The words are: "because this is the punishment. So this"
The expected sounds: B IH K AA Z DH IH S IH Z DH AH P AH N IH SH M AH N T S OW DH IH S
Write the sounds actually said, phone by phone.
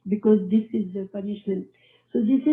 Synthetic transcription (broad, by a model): B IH K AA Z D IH S IH Z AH P AH N IH SH M AH N T S OW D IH S